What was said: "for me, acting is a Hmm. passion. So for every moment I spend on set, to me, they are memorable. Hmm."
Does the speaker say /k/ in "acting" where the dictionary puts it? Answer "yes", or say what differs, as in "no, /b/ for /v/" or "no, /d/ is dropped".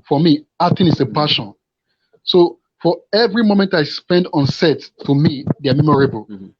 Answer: no, /k/ is dropped